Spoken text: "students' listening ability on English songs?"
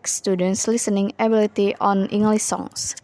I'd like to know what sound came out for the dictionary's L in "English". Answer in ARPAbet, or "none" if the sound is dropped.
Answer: L